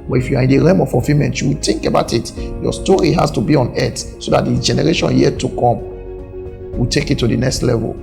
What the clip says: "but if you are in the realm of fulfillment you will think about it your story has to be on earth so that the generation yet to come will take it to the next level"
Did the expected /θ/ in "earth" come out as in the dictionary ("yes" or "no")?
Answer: no